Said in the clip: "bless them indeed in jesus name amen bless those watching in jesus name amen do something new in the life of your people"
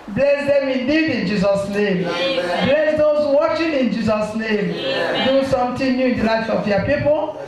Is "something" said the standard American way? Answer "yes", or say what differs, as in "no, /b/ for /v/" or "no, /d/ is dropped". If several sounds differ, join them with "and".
no, /t/ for /θ/